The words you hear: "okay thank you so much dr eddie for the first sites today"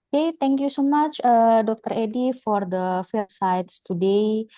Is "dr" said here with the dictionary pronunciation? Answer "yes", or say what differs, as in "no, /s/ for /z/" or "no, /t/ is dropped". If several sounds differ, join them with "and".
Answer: yes